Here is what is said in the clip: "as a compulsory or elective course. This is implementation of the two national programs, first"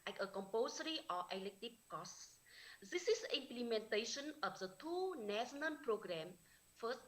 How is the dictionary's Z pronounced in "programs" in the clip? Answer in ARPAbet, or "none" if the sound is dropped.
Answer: none